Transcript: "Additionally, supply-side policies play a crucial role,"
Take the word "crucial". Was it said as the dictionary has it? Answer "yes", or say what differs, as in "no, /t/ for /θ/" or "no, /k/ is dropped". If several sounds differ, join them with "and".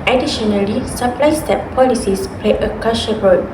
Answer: no, /ɹ/ is dropped